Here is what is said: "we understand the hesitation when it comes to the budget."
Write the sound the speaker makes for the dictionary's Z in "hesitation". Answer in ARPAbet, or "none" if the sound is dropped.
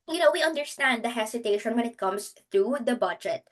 S